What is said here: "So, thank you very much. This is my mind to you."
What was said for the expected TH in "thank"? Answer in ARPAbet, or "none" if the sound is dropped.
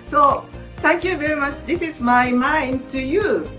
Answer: T